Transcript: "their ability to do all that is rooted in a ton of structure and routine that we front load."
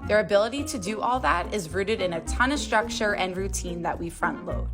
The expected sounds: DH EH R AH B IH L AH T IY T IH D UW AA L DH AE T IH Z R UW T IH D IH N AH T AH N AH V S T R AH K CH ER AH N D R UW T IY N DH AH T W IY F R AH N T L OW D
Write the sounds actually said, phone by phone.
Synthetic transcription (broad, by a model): DH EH R AH B IH L AH T IY T IH D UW AA L DH AE T IH Z R UW T IH D IH N AH T AH N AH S T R AH K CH ER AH N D R UW T IY N DH AH T W IY F R AH N T L OW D